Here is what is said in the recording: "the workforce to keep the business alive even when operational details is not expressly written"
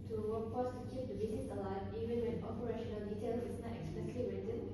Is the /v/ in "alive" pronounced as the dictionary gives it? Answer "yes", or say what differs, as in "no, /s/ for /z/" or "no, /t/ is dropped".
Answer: no, /v/ is dropped